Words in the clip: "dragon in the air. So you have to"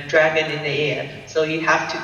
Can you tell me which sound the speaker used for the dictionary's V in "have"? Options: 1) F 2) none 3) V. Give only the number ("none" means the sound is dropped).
1